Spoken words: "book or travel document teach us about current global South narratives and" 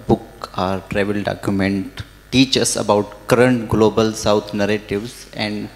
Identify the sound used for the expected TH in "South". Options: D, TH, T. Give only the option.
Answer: T